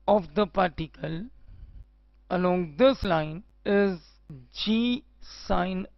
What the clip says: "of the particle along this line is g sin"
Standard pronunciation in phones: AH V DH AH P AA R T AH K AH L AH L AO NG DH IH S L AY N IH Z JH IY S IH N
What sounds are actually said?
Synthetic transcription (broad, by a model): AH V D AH P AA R T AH K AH L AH L AO NG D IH S L AY N IH Z JH IY S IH N